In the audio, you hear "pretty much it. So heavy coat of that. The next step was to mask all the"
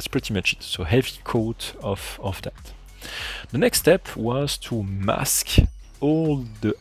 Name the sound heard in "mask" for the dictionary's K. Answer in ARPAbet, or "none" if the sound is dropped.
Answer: K